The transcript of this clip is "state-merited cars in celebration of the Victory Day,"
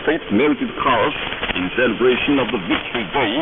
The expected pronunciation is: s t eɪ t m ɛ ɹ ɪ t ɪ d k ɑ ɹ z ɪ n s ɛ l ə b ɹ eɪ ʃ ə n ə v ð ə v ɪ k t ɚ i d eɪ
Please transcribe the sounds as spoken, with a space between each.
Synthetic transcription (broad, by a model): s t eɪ t m ɛ ɹ ɪ t ɪ d k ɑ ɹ s ɪ n s ɛ l ə b ɹ eɪ ʃ ə n ə v ð ə v ɪ k t ɚ i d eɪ